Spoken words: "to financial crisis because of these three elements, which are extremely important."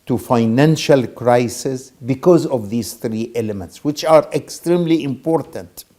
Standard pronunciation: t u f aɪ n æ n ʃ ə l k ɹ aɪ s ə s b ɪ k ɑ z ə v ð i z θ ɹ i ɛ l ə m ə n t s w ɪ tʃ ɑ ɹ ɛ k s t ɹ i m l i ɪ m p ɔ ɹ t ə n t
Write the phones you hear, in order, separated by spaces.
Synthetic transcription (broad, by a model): t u f aɪ n æ n ʃ ə l k ɹ aɪ s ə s b ɪ k ɑ z ə v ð i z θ ɹ i ɛ l ə m ə n t s w ɪ tʃ ɑ ɹ ɛ k s t ɹ i m l i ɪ m p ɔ ɹ t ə n t